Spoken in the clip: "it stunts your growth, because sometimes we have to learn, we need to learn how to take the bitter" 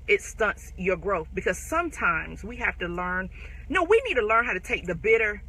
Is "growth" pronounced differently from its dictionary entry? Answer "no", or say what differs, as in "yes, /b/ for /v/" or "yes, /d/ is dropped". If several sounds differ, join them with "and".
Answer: no